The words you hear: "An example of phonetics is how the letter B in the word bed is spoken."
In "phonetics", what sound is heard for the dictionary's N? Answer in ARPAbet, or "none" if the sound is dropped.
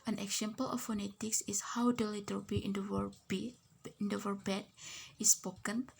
N